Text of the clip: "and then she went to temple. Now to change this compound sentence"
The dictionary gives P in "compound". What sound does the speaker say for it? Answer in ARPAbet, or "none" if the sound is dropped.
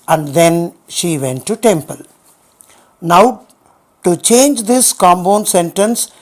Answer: B